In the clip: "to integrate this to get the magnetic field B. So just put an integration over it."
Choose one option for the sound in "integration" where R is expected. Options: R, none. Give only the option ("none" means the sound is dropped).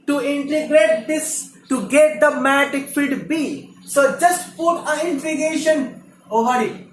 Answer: none